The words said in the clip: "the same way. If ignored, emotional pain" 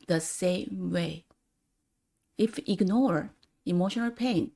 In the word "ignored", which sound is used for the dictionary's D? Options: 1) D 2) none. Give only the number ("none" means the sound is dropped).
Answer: 2